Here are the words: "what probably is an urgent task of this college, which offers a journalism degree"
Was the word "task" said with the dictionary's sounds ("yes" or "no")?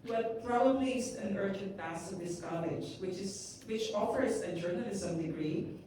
no